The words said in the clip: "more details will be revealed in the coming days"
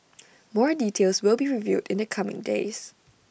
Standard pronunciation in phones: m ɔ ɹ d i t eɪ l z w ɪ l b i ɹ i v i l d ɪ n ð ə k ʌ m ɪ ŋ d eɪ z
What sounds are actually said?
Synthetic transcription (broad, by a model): m ɔ ɹ d i t eɪ l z w ɪ l b i ɹ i v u d ɪ n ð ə k ʌ m ɪ ŋ d eɪ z